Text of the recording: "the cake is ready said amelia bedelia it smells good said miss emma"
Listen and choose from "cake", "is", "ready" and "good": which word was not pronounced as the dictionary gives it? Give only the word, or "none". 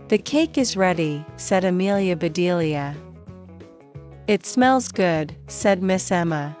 none